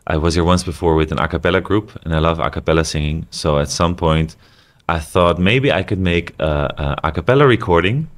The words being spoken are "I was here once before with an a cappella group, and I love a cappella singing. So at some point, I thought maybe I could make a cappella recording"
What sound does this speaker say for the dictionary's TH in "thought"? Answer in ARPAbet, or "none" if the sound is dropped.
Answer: TH